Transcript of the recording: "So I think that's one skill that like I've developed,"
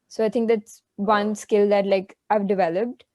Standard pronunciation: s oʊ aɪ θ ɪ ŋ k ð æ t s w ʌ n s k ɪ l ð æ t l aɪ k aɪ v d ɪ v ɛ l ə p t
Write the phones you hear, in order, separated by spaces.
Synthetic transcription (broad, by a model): s oʊ aɪ t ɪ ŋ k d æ t s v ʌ n s k ɪ l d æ t l aɪ k aɪ v d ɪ v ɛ l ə p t